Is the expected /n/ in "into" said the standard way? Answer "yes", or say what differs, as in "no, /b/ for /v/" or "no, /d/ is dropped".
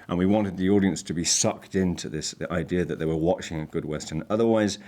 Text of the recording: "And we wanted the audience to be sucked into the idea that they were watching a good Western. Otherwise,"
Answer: yes